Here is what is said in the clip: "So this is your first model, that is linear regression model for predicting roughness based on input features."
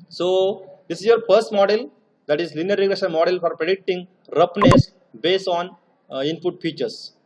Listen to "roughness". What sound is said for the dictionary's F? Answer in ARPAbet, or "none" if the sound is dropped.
P